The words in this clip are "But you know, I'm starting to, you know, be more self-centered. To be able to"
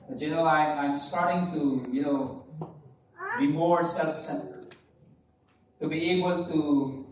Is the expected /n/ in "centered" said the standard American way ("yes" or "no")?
no